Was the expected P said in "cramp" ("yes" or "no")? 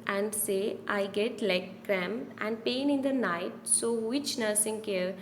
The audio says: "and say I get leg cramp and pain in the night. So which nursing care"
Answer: no